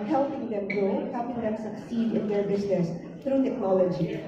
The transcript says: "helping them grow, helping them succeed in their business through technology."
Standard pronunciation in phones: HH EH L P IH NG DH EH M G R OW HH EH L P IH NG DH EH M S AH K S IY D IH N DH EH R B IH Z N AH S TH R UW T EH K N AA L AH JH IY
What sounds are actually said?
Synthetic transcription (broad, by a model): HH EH L P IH NG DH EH M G OW HH EH L P IH NG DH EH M S AH K S IY D IH N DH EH R B IH Z N AH S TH R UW T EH K N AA L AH JH IY